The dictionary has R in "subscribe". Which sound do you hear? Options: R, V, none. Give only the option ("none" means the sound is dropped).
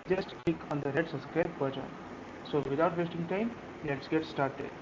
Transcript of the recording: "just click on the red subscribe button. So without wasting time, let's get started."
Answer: none